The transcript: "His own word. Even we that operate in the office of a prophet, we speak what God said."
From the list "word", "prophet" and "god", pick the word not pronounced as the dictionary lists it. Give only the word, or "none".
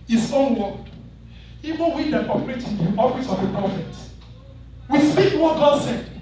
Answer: word